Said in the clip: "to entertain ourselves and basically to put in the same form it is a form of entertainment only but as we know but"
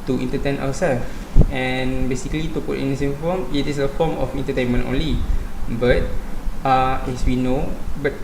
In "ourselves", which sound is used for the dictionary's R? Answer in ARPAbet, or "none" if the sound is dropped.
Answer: W